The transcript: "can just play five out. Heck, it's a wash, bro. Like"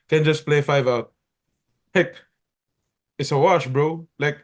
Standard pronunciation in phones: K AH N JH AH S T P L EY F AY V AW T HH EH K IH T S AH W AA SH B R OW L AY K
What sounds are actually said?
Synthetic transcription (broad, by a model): K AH N JH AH S P L EY F AY V AW T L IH K IH T S AH W AA SH B R OW L AY K